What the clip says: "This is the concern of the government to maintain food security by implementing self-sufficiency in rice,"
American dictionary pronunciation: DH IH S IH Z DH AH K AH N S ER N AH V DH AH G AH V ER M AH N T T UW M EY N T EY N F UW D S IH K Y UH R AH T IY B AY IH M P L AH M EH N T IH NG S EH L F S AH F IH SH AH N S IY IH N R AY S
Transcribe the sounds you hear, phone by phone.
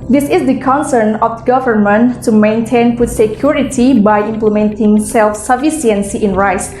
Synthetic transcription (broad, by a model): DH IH S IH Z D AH K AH N S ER N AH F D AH G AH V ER M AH N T T UW M EY N T EY N P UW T S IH K Y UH R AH T IY B AY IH M P L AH M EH N T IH NG S EH L F S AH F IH S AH N S IY IH N R AY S